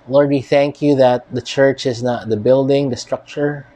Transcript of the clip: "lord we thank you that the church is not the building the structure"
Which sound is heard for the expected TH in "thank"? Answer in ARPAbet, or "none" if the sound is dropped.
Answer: TH